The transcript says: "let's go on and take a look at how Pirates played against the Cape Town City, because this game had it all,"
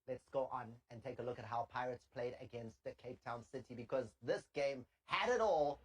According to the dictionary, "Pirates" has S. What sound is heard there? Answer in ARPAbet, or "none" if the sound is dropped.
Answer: S